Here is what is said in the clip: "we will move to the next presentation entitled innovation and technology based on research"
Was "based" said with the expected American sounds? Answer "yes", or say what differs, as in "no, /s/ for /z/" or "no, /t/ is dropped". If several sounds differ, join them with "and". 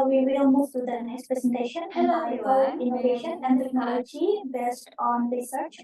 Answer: yes